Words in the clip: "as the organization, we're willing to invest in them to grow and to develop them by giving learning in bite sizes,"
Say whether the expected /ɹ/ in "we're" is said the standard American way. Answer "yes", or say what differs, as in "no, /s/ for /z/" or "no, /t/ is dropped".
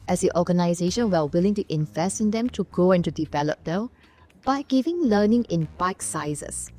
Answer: no, /l/ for /ɹ/